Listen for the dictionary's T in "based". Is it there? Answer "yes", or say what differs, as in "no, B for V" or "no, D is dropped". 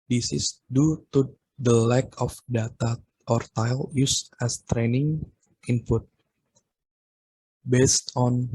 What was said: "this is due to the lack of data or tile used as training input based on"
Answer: yes